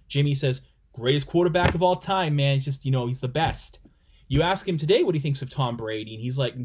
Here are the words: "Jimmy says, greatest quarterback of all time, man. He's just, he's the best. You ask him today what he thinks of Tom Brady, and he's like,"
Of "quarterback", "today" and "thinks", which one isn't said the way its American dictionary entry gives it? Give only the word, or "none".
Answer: none